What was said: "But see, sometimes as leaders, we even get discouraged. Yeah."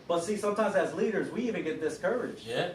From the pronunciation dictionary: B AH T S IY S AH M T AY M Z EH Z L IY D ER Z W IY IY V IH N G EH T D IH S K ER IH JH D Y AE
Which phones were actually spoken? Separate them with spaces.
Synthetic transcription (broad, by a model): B AH T S IY S AH M T AY M Z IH Z L IY D ER Z W IY IY V IH N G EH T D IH S K ER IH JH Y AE